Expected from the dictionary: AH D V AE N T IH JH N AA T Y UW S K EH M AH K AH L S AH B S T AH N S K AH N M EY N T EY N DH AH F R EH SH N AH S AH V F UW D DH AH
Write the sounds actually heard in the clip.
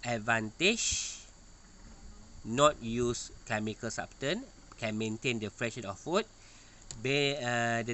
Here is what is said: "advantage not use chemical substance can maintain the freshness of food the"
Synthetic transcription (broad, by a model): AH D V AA N T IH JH N AA T Y UW S K EH M AH K AH L S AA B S T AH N K AH N M EY N T EY N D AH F R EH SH AH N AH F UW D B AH